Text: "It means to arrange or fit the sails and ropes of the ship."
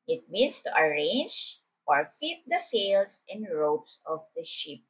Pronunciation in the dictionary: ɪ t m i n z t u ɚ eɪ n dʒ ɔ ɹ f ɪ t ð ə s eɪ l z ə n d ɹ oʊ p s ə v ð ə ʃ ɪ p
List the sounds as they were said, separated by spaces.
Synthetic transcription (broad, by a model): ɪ t m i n s t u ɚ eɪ n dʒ ɔ ɹ f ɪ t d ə s eɪ l s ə n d ɹ oʊ p s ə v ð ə ʃ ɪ p